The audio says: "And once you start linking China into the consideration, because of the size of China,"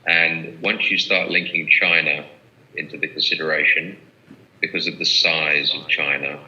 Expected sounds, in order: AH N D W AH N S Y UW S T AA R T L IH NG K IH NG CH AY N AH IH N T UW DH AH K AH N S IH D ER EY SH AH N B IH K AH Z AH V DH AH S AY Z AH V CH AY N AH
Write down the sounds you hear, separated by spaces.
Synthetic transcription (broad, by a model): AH N W AH N S Y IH S T AA R T L IH NG K IH NG CH AY N AH IH N T UW DH AH K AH N S IH D ER EY SH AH N B IH K AH Z AH V DH AH S AY Z AH V CH AY N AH